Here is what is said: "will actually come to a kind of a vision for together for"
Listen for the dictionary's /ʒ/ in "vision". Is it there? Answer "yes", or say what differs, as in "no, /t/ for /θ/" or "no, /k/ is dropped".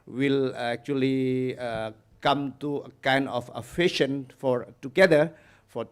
no, /ʃ/ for /ʒ/